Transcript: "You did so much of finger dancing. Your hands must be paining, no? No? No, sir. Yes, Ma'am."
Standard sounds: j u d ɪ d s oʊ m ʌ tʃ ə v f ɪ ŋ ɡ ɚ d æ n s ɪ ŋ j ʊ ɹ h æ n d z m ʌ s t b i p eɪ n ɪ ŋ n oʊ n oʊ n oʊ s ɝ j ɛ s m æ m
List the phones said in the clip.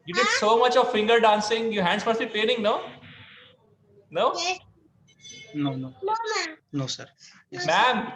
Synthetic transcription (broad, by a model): j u d ɪ d s oʊ m ʌ tʃ ə v f ɪ ŋ ɡ ɚ d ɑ n s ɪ ŋ j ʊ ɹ h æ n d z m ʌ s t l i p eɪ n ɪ ŋ n oʊ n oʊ n oʊ s ɝ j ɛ m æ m